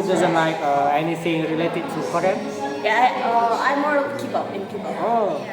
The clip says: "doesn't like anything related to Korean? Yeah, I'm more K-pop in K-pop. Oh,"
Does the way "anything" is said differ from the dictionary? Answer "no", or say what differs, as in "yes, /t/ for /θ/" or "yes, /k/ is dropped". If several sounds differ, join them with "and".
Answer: yes, /s/ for /θ/